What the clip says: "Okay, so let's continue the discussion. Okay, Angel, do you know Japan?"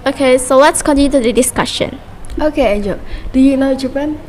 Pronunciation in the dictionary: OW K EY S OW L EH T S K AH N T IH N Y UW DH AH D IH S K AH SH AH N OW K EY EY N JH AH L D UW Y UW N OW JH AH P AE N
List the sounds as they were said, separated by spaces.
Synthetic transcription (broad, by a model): OW K EY S OW W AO T S K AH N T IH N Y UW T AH D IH S K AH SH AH N OW K EY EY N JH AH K D UW Y UW N OW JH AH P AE N